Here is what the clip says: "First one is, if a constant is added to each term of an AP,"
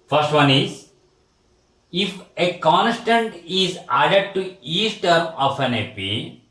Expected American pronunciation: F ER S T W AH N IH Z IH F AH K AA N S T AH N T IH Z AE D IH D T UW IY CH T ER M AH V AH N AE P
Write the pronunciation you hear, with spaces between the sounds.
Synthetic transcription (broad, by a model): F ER S T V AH N IH Z IH F AH K AA N S T AH N T IH Z AE D IH D T UW IY S T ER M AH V AH N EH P